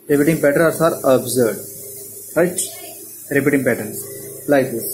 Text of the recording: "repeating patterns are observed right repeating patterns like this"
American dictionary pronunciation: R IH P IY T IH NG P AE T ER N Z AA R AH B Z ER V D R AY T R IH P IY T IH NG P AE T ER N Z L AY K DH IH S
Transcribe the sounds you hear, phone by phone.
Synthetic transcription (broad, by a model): R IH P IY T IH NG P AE T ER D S AA R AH B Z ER D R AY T R IH P IY T IH NG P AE T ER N S L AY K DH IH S